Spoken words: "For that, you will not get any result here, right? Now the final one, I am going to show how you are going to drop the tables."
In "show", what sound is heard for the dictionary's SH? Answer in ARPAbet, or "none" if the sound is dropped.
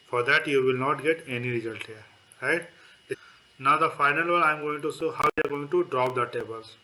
S